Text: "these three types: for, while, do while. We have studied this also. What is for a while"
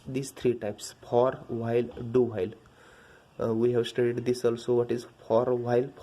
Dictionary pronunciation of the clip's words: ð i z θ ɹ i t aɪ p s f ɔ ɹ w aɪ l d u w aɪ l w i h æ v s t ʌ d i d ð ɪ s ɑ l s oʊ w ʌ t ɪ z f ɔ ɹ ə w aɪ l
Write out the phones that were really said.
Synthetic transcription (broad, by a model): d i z t ɹ i t aɪ p s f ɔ ɹ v aɪ l d u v aɪ l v i h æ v s t ʌ d i d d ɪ s ɑ l s oʊ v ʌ t ɪ z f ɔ ɹ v aɪ l